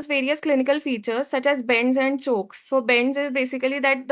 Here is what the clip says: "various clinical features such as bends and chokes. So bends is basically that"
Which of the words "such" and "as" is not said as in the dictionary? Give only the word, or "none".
none